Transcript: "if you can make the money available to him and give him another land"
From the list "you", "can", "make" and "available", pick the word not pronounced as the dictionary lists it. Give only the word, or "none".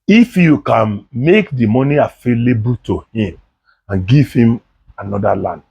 available